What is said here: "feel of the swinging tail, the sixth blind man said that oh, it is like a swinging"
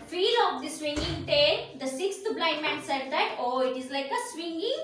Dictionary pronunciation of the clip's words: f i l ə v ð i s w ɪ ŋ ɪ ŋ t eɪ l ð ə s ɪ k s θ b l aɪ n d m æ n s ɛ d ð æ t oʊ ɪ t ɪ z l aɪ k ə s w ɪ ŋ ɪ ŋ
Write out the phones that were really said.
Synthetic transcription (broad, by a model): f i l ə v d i s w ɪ ŋ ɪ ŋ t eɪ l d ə s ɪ k s t b l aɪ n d m æ n s ɛ d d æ t oʊ ɪ t ɪ z l aɪ k ə s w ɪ ŋ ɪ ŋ